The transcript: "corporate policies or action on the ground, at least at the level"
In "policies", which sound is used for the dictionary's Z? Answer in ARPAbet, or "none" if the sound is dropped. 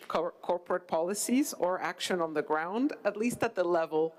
Z